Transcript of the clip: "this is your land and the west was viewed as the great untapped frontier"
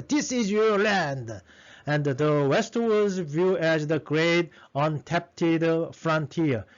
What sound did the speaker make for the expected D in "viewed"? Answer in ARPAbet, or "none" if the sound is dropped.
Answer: none